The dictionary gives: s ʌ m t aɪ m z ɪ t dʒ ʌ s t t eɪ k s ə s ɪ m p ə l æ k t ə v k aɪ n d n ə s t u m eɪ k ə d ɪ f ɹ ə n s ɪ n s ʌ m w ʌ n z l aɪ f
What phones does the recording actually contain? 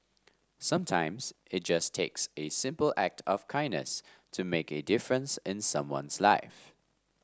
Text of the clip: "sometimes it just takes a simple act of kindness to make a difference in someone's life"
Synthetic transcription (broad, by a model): s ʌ m t aɪ m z ɪ t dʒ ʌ s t t eɪ k s ə s ɪ m p ə l æ k t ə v k aɪ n n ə s t u m eɪ k ə d ɪ f ɹ ə n s ɪ n s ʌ m w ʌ n s l aɪ f